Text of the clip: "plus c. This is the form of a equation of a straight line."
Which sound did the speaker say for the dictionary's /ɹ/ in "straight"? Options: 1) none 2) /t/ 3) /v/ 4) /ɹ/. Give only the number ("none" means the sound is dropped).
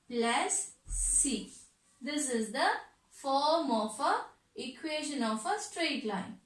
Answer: 4